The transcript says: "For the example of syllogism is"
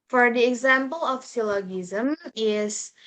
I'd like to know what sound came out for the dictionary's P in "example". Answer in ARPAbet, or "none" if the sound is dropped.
P